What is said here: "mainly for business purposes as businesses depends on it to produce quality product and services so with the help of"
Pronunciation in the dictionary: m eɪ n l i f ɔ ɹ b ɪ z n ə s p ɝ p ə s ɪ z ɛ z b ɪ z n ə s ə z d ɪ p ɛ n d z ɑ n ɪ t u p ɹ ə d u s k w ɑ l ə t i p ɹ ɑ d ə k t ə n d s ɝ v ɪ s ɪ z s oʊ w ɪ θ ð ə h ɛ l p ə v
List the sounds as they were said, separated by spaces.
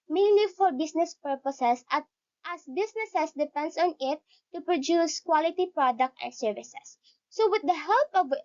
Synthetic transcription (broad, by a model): m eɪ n l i f ɔ ɹ b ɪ s n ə s p ɝ p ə s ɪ s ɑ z b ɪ s n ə s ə s d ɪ p ɛ n d s ɑ n ɪ t u p ɹ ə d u s k w ɑ l ə t i p ɹ ɑ d ə k t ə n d s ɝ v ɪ s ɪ s oʊ w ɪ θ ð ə h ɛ l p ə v